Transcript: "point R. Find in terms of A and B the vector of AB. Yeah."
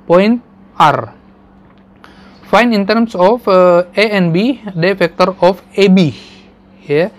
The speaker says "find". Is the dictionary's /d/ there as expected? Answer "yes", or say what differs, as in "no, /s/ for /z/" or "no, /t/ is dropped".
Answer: no, /d/ is dropped